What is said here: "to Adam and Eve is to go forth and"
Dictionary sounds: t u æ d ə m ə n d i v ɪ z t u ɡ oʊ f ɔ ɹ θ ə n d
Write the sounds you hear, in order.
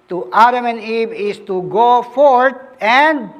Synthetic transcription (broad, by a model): t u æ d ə m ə n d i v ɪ s t u ɡ oʊ f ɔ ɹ t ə n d